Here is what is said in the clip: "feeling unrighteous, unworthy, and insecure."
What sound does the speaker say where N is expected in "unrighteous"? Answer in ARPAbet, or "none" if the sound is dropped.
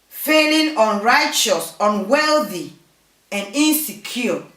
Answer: N